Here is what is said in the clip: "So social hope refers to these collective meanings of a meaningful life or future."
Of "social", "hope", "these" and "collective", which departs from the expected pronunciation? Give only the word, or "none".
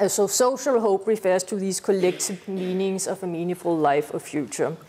these